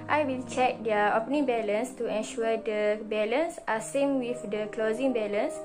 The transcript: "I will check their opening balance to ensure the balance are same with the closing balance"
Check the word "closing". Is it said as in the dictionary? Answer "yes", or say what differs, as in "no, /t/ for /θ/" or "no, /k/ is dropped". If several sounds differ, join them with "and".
yes